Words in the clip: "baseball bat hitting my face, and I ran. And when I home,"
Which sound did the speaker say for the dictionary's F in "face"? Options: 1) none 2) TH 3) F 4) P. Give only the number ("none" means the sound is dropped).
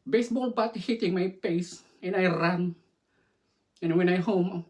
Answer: 4